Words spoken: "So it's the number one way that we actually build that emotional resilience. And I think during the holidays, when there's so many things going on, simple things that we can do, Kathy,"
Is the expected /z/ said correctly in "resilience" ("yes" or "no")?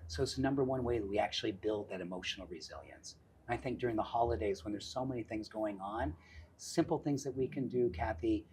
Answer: yes